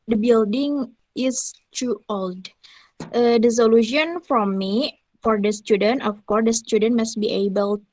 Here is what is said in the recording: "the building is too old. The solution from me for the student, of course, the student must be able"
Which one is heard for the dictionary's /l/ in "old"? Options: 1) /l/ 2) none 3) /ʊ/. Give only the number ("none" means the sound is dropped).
1